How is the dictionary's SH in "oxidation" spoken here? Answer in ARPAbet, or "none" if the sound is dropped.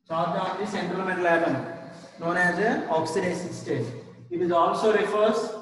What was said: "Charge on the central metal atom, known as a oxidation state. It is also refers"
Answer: S